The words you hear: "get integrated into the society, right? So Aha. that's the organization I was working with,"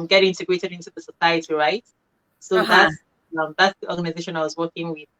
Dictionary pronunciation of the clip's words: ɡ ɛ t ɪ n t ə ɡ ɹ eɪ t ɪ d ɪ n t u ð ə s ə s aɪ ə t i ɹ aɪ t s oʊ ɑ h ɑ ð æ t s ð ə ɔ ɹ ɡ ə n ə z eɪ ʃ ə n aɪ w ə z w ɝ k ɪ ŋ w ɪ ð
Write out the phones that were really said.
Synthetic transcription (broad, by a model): ɡ ɛ t ɪ n t ə ɡ ɹ eɪ t ɪ d ɪ n t u ð ə s ə s aɪ ə t i ɹ aɪ t s oʊ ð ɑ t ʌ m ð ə ɔ ɡ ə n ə z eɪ ʃ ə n aɪ w ə z w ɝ k ɪ ŋ w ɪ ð